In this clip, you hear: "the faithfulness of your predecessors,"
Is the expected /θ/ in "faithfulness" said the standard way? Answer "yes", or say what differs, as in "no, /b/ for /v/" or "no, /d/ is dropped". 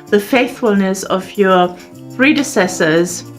yes